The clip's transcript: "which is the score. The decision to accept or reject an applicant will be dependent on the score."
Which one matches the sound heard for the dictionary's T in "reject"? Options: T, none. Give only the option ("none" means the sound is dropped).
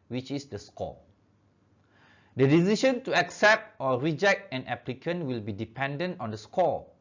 T